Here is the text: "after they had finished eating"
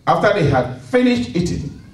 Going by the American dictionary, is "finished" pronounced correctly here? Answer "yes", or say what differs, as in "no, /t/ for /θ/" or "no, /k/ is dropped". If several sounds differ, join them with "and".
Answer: yes